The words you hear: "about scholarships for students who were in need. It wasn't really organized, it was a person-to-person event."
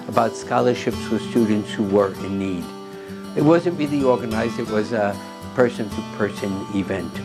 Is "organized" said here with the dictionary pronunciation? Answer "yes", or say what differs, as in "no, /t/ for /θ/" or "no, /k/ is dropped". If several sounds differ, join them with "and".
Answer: yes